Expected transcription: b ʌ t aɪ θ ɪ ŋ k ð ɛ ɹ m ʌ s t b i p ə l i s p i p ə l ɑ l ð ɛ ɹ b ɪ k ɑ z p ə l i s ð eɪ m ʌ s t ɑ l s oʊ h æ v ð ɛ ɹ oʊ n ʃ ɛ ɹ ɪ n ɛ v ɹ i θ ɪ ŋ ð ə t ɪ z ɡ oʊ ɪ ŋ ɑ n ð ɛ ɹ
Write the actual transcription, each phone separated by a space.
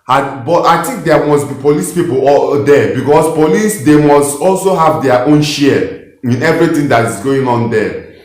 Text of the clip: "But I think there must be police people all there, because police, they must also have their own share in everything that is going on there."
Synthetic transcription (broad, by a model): b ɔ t aɪ t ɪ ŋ k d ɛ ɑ m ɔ s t b i p ə l i s p i p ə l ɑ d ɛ b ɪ k ɑ s p ə l i s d eɪ m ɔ s t ɑ l s oʊ h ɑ v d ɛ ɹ oʊ n ʃ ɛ ɪ n ɛ v ɹ i t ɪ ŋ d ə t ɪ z ɡ oʊ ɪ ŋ ɑ n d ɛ